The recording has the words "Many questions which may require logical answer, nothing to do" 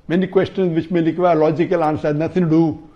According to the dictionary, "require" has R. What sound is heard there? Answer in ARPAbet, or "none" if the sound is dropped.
L